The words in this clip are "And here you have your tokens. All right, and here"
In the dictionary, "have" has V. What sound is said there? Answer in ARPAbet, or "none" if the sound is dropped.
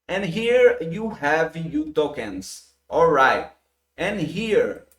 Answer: V